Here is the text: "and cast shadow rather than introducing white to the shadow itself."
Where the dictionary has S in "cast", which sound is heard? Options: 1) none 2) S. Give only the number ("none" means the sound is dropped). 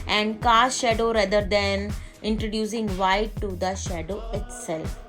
1